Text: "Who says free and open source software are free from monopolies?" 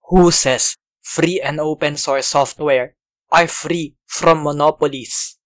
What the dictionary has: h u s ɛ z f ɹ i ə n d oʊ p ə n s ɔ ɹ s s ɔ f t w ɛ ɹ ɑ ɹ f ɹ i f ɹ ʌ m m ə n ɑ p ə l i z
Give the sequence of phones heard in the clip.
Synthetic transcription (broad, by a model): h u s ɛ s f ɹ i ə n d oʊ p ə n s ɔ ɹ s s ɔ f t w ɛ ɹ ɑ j f ɹ i f ɹ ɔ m m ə n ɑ p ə l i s